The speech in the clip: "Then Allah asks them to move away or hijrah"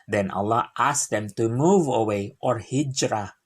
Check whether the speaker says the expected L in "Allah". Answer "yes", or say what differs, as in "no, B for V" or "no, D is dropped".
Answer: yes